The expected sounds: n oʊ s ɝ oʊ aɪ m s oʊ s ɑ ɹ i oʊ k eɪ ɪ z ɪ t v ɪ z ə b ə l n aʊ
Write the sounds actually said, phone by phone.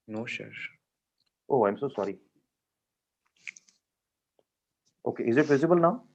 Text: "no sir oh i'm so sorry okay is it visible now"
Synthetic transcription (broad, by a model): n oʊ ʃ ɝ oʊ aɪ m s oʊ s ɑ ɹ i oʊ k eɪ ɪ z ɪ t v ɪ z ə b ə l n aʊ